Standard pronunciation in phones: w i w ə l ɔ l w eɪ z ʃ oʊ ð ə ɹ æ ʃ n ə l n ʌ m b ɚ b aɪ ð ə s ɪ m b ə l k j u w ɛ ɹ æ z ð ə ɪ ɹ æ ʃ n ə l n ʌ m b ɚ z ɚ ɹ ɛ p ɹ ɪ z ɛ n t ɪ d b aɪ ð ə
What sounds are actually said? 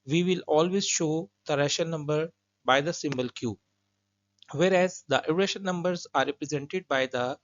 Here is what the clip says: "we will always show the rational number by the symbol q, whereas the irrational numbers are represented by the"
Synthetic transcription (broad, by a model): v i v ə l ɔ l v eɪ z ʃ oʊ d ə ɹ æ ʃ ə n ʌ m b ɚ b aɪ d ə s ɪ m b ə l k j u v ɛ ɹ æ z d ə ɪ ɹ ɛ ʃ ə n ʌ m b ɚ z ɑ ɹ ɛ p ɹ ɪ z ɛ n t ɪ d b aɪ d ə